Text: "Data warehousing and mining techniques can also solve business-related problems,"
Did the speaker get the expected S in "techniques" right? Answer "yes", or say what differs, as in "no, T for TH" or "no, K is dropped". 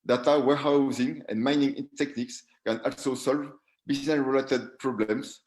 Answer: yes